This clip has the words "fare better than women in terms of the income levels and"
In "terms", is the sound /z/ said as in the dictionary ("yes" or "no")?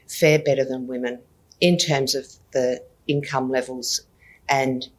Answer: yes